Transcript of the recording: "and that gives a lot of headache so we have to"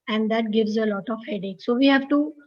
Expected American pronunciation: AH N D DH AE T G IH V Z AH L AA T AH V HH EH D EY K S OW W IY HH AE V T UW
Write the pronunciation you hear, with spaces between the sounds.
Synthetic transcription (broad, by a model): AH N D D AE T G IH V Z AH L AA T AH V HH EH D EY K S OW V IY HH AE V T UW